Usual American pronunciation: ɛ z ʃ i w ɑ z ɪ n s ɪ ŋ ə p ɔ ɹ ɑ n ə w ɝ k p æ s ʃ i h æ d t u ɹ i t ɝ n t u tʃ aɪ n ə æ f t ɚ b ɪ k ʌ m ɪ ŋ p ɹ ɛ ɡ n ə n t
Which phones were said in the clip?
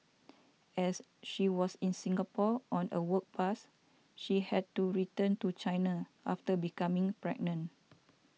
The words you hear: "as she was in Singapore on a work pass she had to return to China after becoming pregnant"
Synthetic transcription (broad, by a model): ɛ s ʃ i w ɑ s ɪ n s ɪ ŋ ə p ɔ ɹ ɑ n ə w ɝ k p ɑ s ʃ i h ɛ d t u ɹ i t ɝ n t u tʃ aɪ n ə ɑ f t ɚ b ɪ k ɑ m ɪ ŋ p ɹ ɛ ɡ n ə n